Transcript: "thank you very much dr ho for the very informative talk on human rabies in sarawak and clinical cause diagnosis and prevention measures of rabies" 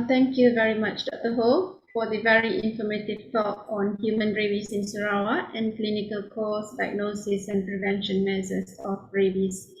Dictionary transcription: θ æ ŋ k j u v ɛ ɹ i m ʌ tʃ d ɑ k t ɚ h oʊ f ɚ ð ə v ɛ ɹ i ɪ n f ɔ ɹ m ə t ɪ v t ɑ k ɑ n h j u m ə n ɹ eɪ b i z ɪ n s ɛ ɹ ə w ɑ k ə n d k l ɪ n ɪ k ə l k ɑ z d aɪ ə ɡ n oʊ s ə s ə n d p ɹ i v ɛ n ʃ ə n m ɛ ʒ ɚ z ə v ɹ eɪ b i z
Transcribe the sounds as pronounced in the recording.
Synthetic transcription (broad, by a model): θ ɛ ŋ k j u v ɛ ɹ i m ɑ tʃ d ɑ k t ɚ h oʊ f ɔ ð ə v ɛ ɹ i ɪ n f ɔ m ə t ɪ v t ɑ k ɑ n h j u m ə n ɹ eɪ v i s ɪ n s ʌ ɹ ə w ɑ ə n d k l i n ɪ k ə l k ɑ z d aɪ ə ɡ n oʊ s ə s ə n p ɹ i v ɛ n ʃ ə n m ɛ s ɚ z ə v ɹ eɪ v i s